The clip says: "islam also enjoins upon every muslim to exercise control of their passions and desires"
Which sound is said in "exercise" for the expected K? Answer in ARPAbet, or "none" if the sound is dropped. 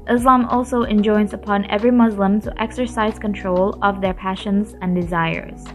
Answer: K